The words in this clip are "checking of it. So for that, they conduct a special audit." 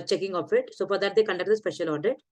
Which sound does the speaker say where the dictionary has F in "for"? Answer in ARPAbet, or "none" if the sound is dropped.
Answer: P